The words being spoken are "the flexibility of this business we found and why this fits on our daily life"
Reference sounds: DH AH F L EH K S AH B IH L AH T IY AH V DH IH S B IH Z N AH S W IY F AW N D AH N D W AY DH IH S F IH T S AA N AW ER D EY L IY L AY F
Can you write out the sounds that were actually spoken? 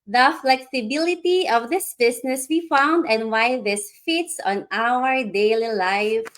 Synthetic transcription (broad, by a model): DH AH F L EH K S AH B IH L AH T IY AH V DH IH S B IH S N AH S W IY F AW N D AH N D W AY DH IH S F IH T S AA N AW ER D EY L IY L AY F